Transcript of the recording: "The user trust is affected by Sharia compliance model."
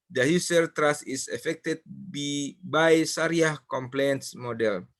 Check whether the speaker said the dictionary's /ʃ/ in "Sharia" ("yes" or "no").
no